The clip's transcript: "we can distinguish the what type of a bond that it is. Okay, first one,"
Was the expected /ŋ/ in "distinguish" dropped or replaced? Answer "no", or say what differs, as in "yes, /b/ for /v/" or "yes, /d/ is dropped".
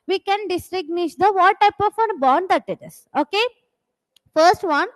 yes, /ŋ/ is dropped